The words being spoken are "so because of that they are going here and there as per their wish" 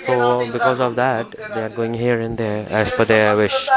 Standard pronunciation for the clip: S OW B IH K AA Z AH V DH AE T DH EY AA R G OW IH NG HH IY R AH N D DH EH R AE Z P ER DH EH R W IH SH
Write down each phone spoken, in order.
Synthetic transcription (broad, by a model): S OW B IH K AA Z AH V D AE T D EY AA R G OW IH NG HH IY R AH N D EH R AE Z F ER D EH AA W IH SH